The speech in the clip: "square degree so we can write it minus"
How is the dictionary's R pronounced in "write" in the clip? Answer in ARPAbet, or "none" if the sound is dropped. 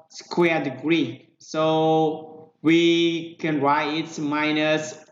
R